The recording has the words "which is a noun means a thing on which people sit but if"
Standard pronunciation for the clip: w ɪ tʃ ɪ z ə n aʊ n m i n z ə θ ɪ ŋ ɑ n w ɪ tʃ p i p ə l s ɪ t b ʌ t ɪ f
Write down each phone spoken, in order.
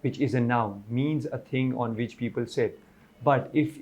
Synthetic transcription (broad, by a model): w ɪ tʃ ɪ z ə n aʊ n m i n z ə t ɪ ŋ ɑ n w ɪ tʃ p i p ə l s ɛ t b ʌ t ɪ f